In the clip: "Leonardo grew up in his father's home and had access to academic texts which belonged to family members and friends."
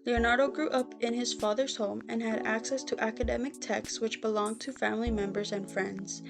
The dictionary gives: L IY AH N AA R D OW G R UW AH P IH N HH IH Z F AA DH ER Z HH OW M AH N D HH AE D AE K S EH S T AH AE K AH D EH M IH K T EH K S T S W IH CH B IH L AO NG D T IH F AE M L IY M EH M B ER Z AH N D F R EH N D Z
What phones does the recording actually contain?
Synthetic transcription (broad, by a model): L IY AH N AA R D OW G R UW AH P IH N IH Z F AA DH ER Z HH OW M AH N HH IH D AE K S EH S T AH AE K AH D EH M IH K T EH K S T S W IH CH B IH L AO NG T IH F AE M L IY M EH M B ER Z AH N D F R EH N D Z